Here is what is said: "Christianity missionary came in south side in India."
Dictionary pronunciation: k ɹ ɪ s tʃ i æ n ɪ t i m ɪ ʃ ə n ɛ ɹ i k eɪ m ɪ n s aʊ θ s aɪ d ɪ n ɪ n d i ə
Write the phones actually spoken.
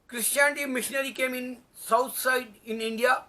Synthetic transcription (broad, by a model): k ɹ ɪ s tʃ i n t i m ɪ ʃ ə n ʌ ɹ i k eɪ m ɪ n s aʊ t s aɪ d ɪ n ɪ n d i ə